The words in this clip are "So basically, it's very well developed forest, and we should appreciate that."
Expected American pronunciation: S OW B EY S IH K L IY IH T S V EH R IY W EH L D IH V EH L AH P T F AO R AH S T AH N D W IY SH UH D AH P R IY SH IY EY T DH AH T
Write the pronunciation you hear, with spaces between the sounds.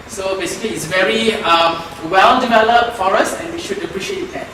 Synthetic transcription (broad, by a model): S OW B EY S IH K L IY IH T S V EH R IY W EH L D IH V EH L AH P T F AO R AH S AH N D W IY SH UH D AH P R IY SH IY EY T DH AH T